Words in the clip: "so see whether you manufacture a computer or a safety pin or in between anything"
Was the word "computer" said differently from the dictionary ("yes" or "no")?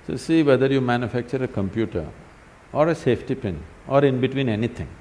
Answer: no